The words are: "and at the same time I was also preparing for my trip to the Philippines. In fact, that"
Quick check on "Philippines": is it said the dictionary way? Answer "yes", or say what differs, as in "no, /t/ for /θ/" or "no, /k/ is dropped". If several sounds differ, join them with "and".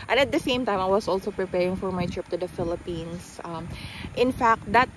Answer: no, /s/ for /z/